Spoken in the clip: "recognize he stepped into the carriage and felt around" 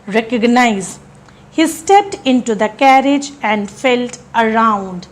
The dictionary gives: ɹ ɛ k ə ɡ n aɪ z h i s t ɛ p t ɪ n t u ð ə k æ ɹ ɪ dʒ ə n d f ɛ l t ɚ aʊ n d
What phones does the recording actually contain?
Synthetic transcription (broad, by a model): ɹ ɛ k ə ɡ n aɪ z h i s t ɛ p t ɪ n t u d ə k æ ɹ ɪ dʒ ə n d f ɛ l t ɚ aʊ n d